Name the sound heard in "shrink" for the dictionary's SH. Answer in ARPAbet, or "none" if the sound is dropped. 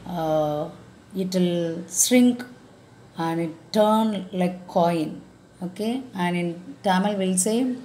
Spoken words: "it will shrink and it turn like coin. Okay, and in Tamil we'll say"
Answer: S